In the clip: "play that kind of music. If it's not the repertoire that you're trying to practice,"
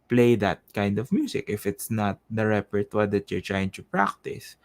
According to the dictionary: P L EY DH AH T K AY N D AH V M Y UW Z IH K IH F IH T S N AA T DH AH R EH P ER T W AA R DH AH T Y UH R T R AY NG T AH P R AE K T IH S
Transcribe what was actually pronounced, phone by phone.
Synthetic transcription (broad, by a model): P L EY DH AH T K AY N D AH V M Y UW S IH K IH F IH T S N AA T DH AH R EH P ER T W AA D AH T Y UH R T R AY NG T AH P R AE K T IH S